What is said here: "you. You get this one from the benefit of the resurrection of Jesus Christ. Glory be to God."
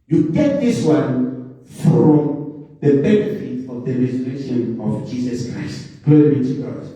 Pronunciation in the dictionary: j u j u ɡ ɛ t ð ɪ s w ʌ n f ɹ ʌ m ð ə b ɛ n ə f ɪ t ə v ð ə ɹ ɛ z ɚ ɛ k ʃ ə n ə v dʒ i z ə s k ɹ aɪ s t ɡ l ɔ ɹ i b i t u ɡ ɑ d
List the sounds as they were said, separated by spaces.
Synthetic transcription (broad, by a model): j j u ɡ ɛ t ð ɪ s w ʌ n f ɹ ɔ m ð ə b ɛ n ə f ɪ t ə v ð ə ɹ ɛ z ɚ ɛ ʃ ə n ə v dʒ i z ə s k ɹ aɪ s t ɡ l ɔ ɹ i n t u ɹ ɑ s